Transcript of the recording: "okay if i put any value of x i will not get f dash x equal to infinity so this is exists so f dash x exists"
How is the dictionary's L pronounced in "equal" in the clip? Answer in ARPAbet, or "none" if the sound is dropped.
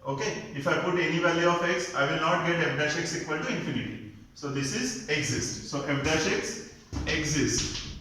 N